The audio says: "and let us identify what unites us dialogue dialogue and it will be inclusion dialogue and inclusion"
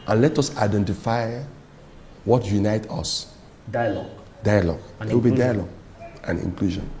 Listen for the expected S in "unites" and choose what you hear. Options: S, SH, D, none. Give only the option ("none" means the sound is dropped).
none